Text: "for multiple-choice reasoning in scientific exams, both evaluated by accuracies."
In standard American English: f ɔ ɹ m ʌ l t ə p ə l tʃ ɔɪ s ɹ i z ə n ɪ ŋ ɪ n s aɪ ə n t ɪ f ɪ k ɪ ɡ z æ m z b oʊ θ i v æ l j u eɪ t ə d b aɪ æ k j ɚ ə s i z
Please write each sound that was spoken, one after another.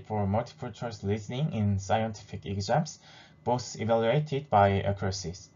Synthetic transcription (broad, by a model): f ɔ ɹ m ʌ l t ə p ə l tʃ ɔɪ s l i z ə n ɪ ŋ ɪ n s aɪ ə n t ɪ f ɪ k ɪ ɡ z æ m s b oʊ s i v æ l j u eɪ t ə d b aɪ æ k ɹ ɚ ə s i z